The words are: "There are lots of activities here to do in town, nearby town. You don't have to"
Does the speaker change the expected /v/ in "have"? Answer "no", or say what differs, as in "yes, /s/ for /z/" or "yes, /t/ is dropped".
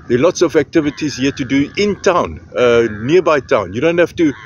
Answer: yes, /f/ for /v/